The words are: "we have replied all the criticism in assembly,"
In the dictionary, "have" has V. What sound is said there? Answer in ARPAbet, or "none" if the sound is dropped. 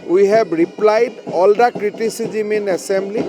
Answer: B